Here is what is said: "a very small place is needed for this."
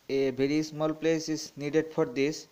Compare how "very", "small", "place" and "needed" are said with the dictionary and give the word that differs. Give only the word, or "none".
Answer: very